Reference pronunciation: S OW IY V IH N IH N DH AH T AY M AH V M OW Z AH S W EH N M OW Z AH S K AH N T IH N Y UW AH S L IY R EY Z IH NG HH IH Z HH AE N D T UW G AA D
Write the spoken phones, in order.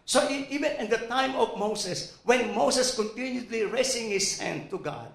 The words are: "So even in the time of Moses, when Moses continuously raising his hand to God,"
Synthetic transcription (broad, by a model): S OW IY V IH N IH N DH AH T AY M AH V M OW S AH S W EH N M OW S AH S K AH N T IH N Y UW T L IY R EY S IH NG HH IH S HH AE N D T UW G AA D